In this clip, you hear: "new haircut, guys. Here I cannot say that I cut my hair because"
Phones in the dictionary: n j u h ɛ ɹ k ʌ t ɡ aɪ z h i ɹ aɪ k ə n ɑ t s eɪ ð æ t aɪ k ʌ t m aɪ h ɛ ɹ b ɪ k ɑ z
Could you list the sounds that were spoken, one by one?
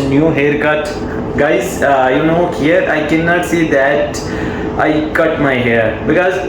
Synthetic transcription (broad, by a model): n j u h ɛ ɹ k ʌ t ɡ aɪ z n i ɹ aɪ k ə n ɑ t s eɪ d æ t aɪ k ʌ t m aɪ h ɛ ɹ b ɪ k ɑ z